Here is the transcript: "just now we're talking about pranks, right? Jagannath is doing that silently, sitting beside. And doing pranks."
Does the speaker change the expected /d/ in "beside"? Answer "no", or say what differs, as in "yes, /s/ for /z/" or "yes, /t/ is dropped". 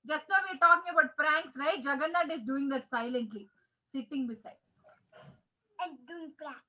yes, /d/ is dropped